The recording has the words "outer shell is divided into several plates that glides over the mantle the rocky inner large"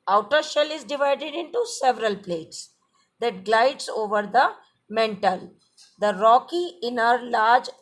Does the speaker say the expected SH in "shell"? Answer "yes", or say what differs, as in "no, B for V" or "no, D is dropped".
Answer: yes